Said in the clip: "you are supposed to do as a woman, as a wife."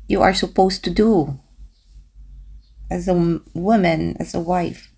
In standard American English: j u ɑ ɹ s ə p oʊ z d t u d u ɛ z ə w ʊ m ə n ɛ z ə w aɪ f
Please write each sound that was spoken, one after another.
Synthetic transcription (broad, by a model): j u ɑ ɹ s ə p oʊ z t u d u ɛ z ə w ʊ m ə n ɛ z ə w aɪ f